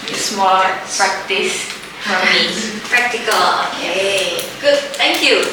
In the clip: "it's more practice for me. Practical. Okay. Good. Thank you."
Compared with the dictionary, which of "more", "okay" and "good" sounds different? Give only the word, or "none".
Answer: more